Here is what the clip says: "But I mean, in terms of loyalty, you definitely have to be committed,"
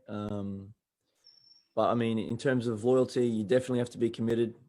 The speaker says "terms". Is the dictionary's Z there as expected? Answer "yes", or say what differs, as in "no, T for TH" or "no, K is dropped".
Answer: yes